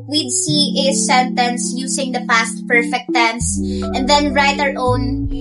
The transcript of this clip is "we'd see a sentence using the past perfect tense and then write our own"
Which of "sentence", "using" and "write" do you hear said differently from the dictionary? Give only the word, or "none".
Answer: using